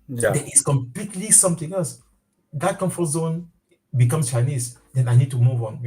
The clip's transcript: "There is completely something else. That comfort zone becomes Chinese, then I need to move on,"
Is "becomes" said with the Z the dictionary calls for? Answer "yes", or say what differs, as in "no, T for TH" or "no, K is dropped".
no, S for Z